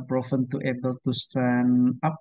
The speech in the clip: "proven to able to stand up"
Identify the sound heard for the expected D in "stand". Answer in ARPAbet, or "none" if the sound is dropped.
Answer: none